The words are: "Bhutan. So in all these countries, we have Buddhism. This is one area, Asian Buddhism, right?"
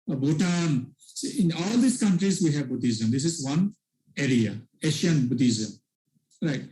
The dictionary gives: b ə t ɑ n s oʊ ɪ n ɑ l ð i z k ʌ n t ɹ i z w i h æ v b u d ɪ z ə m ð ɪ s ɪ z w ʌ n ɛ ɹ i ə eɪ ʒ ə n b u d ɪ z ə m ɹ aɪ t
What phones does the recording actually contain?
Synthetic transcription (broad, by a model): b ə t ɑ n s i ɪ n ɑ l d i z k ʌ n t ɹ i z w i h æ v b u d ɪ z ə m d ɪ s ɪ z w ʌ n ɛ ɹ i ə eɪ ʃ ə n b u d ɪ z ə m ɹ aɪ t